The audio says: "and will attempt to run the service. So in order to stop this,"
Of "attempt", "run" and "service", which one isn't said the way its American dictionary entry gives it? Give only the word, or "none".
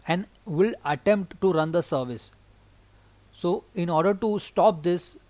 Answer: none